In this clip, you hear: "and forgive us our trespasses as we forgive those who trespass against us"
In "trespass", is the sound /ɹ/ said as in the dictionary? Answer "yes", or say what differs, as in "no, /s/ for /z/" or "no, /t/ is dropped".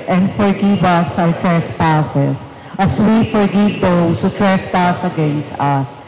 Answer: yes